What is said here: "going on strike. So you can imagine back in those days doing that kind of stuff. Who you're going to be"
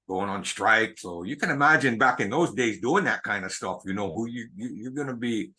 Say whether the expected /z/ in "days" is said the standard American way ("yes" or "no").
yes